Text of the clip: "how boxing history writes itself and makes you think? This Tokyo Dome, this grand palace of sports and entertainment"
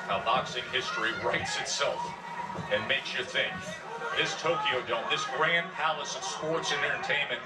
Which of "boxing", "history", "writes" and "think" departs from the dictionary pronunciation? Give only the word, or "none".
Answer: none